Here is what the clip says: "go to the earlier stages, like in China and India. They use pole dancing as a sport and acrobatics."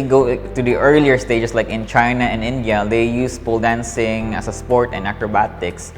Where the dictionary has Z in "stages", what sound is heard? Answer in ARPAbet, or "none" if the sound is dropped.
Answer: S